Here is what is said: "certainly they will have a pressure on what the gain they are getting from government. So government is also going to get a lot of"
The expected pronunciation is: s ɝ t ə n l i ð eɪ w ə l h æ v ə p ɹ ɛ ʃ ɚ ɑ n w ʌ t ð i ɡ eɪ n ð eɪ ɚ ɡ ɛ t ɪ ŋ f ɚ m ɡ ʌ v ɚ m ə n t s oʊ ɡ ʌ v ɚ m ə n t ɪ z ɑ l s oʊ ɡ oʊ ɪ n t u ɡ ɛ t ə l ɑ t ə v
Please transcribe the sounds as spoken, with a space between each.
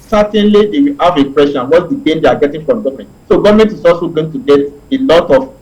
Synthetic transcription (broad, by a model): s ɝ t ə n l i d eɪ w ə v ə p ɹ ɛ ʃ ɑ n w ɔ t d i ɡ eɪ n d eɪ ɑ ɡ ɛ t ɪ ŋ f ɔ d ɡ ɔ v m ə n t s oʊ ɡ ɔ v m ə n t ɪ s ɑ s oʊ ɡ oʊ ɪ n t u ɡ ɛ t ə l ɑ t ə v